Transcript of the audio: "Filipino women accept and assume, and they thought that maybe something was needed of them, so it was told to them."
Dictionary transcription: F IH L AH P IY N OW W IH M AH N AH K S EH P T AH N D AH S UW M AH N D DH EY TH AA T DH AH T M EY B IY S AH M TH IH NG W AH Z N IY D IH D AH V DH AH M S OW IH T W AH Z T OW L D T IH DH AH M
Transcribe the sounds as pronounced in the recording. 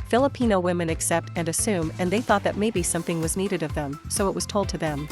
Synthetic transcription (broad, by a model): F IH L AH P IY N OW W IH M AH N AH K S EH P T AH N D AH S UW M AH N DH EY TH AA T DH AH T M EY B IY S AH M TH IH NG W AH Z N IY D IH D AH V DH AH M S OW IH T W AH Z T OW L D T IH DH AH M